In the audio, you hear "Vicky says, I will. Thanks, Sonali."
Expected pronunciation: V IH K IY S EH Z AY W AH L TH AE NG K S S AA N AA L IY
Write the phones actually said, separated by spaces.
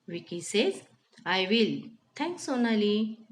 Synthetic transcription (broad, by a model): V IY K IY S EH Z AY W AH L T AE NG K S S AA N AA L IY